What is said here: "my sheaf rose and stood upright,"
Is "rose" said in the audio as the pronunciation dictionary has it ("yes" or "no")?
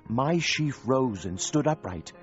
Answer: yes